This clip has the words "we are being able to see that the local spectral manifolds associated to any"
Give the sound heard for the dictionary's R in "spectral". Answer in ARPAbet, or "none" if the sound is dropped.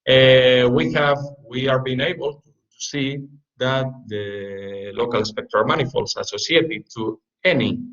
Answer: none